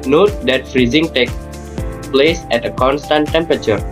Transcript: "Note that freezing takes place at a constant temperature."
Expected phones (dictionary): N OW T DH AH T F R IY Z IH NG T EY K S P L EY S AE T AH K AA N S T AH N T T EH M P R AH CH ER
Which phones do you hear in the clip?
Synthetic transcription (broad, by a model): N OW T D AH T F R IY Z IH NG T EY K P L EY S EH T AH K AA N S T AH N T T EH M P R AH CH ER